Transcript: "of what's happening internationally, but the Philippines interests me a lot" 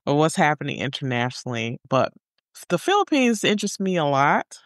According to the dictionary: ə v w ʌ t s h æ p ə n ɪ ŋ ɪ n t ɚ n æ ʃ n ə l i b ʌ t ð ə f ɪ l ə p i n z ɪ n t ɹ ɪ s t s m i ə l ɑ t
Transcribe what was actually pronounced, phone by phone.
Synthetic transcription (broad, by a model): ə w ʌ t s h æ p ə n ɪ ŋ ɪ n t ɚ n æ ʃ n l i b ʌ t ð ə f ɪ l ə p i n z ɪ n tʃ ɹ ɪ s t m i ə l ɑ t